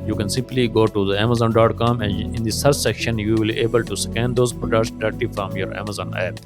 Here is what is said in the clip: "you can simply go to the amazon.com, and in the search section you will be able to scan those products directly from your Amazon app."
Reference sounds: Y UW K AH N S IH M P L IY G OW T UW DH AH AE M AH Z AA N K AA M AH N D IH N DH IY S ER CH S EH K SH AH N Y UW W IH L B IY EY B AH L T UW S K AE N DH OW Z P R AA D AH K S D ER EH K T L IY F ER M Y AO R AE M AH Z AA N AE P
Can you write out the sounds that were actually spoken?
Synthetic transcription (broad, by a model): Y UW K AH N S IH M P L IY G OW T UW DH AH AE M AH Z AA N K AA M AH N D IH N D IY S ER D S EH K SH AH N Y UW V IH L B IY EY B AH L T UW S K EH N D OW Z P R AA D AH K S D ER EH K T IY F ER M Y AO R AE M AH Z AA N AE P